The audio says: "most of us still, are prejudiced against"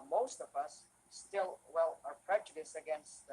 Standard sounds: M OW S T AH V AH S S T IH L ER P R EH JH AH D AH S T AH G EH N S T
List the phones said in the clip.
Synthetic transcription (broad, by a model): M OW S T AH V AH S S T IH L ER P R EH JH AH D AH S AH G EH N S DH